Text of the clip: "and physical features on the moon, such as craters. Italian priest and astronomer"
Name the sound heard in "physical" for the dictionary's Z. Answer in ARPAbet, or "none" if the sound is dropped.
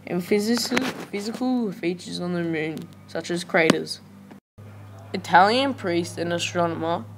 Z